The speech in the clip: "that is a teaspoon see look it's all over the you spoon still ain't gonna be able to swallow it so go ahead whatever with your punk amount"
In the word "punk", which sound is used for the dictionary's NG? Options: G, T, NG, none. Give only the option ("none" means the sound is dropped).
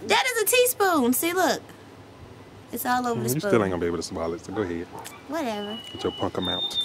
NG